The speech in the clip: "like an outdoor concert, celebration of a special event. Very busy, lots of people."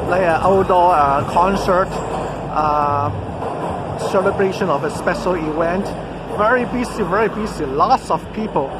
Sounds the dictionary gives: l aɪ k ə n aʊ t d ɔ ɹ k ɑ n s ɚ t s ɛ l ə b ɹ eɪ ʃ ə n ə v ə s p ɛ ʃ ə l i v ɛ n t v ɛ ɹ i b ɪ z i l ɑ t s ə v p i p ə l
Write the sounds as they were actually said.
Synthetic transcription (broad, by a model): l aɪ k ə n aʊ d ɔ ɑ k ɑ n s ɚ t s ɛ l ə b ɹ eɪ ʃ ə n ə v ə s p ɛ ʃ ə l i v ɛ n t v ɛ ɹ i b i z i l ɑ t s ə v p i p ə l